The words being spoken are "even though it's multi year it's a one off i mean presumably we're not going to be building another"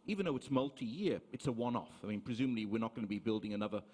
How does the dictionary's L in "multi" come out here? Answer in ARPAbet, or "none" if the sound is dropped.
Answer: L